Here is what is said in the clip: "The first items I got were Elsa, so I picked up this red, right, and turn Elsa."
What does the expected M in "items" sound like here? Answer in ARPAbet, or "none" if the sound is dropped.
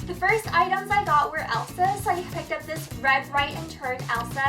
M